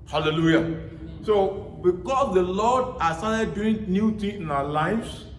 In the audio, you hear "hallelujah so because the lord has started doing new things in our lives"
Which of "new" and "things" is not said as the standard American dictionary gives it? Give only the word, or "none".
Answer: things